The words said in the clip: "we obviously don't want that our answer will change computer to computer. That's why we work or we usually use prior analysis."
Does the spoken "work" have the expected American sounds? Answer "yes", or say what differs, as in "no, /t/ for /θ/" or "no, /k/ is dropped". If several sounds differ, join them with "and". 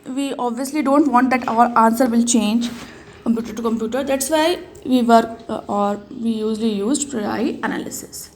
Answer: no, /k/ is dropped